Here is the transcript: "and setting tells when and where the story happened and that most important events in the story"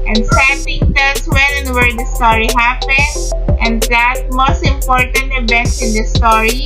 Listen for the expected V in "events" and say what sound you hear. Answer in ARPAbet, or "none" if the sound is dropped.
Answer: B